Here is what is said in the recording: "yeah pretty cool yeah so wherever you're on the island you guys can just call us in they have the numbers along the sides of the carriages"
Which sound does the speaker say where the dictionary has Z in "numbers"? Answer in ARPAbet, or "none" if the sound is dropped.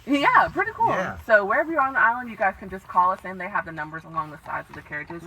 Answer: Z